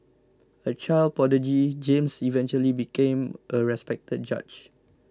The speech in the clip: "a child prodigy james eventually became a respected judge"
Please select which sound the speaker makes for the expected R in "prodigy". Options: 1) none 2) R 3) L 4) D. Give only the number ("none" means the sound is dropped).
1